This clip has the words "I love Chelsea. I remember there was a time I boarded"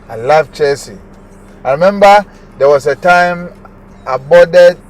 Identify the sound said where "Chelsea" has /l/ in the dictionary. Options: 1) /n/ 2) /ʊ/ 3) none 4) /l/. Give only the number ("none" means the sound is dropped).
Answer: 3